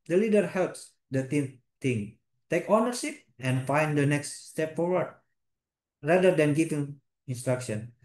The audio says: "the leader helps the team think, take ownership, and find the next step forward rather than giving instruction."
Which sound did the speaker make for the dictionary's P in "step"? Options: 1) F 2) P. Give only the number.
2